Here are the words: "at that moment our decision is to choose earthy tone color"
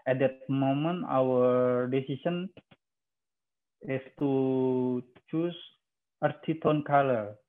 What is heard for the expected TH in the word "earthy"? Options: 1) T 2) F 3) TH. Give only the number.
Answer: 1